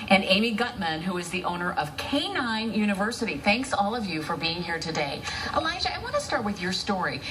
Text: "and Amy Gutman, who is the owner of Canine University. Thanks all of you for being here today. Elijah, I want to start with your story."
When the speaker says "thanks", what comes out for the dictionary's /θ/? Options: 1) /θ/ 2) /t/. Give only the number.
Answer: 1